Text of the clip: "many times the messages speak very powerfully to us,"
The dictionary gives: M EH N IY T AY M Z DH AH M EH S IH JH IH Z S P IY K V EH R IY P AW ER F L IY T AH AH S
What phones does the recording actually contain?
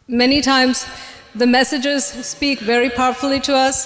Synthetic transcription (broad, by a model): M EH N IY T AY M Z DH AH M EH S IH JH IH Z S P IY K V EH R IY P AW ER F L IY T AH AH S